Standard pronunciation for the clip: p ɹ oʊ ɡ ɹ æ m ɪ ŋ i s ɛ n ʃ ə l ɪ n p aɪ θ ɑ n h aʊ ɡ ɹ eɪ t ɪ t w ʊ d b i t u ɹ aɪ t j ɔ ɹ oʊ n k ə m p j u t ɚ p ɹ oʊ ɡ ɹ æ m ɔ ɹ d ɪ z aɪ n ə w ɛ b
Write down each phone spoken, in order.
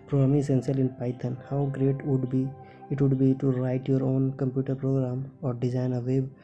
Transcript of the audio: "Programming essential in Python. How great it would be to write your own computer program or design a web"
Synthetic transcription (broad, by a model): p ɹ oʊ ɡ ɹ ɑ m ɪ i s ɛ n s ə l ɪ n p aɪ t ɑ n h aʊ ɡ ɹ eɪ t ɪ t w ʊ d b i t u ɹ aɪ t j ɔ ɹ oʊ n k ə m p j u t ɚ p ɹ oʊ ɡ ɹ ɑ m ɔ ɹ d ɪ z aɪ n ə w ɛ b